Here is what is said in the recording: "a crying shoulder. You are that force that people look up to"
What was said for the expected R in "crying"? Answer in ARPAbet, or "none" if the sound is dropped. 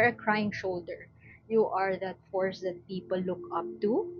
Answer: R